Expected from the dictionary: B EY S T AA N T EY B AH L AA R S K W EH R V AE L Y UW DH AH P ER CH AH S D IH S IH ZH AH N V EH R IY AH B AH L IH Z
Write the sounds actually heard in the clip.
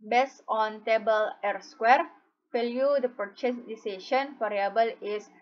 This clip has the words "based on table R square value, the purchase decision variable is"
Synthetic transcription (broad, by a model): B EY S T AA N T EY B AH L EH R S K W EH R F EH L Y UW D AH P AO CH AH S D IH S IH SH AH N F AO R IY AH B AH L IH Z